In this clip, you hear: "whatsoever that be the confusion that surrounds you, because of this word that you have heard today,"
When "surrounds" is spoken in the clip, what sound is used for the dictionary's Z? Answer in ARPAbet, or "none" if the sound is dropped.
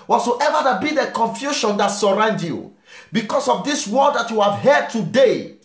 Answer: none